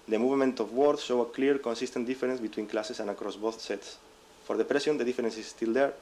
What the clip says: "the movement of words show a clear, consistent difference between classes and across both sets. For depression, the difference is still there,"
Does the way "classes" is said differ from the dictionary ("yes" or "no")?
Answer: yes